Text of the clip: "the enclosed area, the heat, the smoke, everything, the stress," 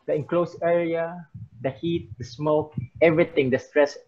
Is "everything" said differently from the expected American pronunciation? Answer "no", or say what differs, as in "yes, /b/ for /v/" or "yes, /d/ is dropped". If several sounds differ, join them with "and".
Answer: yes, /t/ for /θ/